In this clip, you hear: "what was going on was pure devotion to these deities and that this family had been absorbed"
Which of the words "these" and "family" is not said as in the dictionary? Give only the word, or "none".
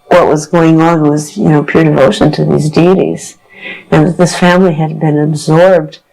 none